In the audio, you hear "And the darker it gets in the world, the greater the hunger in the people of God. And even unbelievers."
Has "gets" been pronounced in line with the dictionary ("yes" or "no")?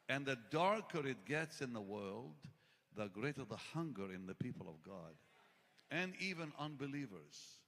yes